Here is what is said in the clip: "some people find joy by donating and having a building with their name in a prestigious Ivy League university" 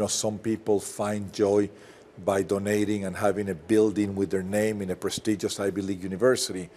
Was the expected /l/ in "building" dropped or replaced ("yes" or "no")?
no